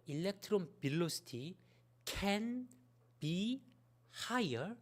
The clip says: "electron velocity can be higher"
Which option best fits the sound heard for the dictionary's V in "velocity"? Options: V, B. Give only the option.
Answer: B